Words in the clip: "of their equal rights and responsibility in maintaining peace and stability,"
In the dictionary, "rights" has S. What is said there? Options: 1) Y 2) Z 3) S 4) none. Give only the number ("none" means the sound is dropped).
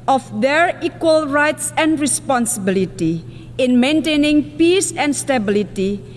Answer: 3